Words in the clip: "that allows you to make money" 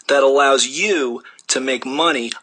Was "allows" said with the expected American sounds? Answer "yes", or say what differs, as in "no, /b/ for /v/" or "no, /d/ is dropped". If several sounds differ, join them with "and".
yes